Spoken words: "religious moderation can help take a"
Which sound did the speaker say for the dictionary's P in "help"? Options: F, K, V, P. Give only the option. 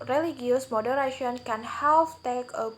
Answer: F